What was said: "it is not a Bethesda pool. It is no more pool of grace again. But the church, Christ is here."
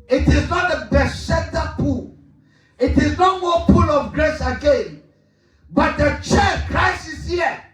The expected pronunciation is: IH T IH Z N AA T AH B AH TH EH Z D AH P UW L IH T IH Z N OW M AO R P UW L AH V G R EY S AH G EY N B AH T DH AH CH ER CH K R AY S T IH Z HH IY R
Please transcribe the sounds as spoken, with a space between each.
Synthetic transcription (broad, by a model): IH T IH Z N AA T AH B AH S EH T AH P UW L IH T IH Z N OW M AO P UW L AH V G R EY S AH G EY N B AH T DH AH CH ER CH K R AY S IH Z HH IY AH